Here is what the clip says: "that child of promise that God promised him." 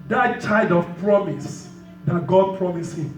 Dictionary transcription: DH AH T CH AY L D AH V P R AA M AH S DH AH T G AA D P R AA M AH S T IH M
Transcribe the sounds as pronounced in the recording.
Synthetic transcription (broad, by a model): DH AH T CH AY D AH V P R AA M AH S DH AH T G AA D P R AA M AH S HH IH M